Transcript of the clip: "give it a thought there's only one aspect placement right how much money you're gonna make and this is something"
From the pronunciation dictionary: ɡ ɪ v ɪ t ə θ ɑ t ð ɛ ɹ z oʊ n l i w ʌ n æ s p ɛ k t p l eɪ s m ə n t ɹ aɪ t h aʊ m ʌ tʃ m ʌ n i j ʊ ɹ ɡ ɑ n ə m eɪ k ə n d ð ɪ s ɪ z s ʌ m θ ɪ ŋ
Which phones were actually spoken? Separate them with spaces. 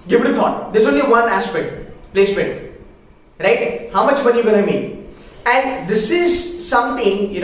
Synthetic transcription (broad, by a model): ɡ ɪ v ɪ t ə t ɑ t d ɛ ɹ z oʊ n l i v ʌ n æ s p ɛ k t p l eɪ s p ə t ɹ aɪ t h aʊ m ʌ tʃ m ʌ n i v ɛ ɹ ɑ ə m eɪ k ə n d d ɪ s ɪ z s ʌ m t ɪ ŋ